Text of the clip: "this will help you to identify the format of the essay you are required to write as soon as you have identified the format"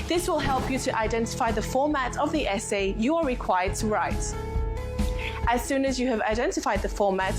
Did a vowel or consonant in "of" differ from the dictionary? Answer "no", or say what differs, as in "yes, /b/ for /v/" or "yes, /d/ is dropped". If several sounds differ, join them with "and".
no